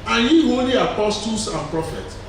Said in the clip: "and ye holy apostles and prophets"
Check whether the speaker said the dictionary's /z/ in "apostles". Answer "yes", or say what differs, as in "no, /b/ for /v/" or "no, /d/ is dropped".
no, /s/ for /z/